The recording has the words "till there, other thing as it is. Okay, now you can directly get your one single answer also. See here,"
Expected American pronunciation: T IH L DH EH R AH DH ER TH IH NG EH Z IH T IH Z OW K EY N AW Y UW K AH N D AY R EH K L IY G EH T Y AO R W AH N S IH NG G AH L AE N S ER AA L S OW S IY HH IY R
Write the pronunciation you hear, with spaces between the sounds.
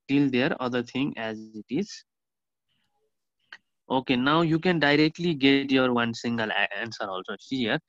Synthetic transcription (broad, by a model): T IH L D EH R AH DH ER T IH NG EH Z IH T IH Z OW K EY N AW Y UW K AH N D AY R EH K L IY G EH T Y AO R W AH N S IH NG G AH L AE N S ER AA L S OW SH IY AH R